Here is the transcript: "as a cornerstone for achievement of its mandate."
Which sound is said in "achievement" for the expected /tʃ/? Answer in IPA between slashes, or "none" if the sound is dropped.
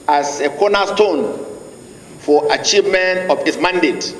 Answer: /tʃ/